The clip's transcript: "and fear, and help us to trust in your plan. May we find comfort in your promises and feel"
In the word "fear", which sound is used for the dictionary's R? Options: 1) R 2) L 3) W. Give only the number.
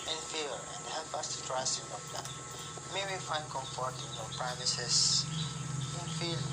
2